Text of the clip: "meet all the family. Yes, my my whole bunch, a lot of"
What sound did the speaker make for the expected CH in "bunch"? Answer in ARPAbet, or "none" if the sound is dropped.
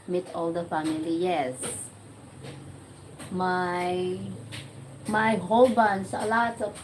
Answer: S